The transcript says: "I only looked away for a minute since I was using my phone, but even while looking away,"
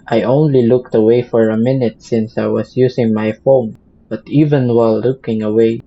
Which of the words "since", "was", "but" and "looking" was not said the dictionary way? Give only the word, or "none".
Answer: was